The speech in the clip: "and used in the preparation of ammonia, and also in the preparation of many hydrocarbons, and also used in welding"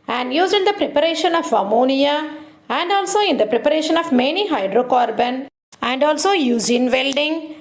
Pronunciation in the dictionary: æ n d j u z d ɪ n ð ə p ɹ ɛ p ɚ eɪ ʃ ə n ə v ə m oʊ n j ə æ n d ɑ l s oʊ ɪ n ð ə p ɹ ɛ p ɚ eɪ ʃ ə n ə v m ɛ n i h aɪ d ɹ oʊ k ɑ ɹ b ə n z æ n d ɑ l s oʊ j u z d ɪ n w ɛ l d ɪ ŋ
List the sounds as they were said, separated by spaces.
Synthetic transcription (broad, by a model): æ n d j u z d ɪ n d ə p ɹ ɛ p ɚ eɪ ʃ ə n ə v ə m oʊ n j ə æ n d ɑ l s oʊ ɪ n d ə p ɹ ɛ p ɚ eɪ ʃ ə n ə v m ɛ n i h aɪ d ɹ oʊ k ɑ ɹ b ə n æ n d ɑ l s oʊ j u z ɪ n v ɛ l d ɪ ŋ